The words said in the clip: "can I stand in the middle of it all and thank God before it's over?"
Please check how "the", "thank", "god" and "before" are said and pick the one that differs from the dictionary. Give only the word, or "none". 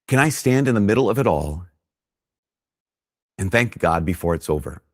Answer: none